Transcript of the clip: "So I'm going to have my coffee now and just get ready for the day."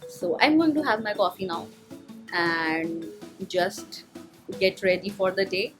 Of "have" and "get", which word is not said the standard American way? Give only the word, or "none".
none